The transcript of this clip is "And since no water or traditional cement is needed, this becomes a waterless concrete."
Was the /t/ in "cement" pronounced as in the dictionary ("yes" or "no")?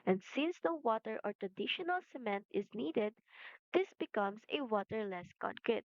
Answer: yes